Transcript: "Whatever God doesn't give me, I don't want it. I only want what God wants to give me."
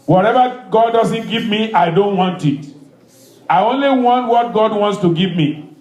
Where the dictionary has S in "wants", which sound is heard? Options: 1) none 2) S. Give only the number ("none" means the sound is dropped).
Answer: 2